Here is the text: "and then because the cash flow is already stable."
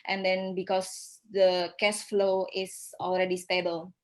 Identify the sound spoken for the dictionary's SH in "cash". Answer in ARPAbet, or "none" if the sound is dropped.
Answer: S